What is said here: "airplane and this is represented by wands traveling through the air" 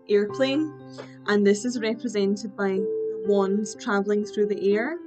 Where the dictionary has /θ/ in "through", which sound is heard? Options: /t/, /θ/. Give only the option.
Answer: /θ/